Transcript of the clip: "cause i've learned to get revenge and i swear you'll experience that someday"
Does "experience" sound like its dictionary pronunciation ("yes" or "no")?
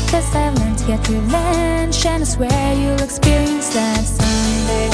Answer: yes